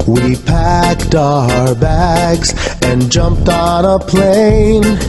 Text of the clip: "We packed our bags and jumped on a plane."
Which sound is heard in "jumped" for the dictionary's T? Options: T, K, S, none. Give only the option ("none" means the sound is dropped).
T